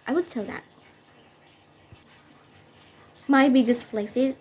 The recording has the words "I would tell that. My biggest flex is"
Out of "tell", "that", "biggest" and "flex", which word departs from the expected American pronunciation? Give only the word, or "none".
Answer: flex